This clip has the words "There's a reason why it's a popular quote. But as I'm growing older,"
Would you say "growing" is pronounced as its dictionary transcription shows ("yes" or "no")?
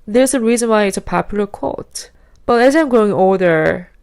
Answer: no